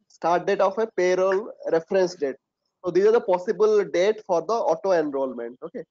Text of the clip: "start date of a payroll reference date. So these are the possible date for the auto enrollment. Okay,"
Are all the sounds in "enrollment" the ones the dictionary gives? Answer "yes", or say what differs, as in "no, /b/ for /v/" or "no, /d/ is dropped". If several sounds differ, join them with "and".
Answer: yes